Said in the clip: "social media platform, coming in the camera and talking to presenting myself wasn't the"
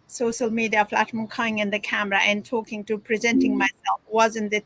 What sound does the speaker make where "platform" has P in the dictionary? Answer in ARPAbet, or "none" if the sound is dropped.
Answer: F